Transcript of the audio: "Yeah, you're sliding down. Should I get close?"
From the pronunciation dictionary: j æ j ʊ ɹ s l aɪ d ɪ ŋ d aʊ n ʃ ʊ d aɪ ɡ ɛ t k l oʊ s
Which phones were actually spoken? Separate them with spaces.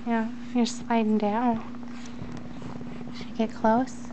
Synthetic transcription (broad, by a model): j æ j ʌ ɹ s l aɪ d ɪ ŋ d aʊ n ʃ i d ɡ ɛ t k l oʊ s